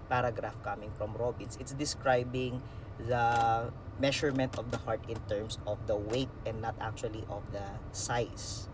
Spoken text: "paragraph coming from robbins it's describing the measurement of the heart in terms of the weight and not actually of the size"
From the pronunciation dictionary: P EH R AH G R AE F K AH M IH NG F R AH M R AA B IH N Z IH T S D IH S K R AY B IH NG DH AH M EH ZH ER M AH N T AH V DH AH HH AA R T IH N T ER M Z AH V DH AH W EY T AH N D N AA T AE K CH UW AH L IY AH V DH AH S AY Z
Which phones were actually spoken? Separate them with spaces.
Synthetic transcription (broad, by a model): P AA R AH G R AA F K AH M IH NG F R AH M R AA B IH N S IH T S D IH S K R AY B IH NG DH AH M EH SH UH M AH N T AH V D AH HH AA R T IH N T ER M S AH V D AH W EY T AH N D N AA T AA K CH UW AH L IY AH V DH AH S AY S